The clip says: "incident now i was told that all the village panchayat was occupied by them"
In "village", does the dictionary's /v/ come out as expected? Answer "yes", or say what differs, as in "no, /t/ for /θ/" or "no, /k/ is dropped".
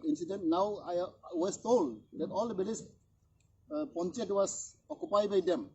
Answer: no, /b/ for /v/